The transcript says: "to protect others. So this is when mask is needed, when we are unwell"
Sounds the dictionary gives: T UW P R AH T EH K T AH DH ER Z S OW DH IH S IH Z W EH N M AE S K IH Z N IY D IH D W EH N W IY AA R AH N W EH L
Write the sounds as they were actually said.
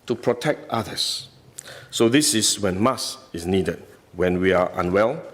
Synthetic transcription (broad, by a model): T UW P R AH T EH K T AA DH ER S OW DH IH S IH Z W EH N M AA S IH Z N IY D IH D W EH N W IY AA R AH N W EH L